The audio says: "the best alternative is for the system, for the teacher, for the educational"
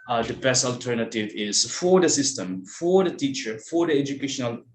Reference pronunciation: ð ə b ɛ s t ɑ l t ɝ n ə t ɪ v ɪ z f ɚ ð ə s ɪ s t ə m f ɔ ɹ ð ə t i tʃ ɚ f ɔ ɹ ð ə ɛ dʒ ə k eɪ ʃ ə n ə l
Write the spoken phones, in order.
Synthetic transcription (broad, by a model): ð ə b ɛ s t ɑ l t ɝ n ə t ɪ v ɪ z f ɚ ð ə s ɪ s t ə m f ɔ ɹ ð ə t i tʃ ɚ f ɔ ɹ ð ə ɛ dʒ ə k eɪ ʃ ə n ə l